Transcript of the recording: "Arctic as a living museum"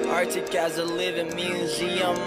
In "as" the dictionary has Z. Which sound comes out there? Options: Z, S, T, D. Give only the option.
Z